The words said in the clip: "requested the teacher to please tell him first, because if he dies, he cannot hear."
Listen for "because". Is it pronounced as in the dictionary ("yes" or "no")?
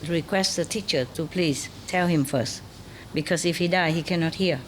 no